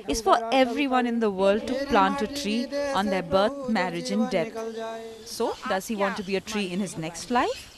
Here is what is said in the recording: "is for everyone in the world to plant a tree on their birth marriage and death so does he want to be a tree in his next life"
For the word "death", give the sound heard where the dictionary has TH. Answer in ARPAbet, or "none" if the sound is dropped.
T